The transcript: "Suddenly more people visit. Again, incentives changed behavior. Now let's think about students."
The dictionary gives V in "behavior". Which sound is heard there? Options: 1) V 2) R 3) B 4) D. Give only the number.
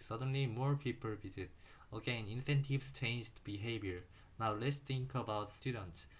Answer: 3